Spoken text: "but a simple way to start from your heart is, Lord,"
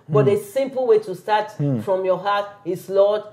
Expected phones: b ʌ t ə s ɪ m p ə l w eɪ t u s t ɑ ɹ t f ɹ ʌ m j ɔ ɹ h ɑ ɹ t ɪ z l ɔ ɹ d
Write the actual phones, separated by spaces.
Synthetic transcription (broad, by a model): b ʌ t ə s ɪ m p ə l w eɪ t u s t ɑ t f ɹ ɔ m j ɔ h ɑ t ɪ s l ɔ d